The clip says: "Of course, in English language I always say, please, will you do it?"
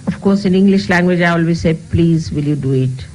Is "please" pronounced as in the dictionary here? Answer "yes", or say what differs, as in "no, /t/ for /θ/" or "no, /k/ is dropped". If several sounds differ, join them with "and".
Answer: yes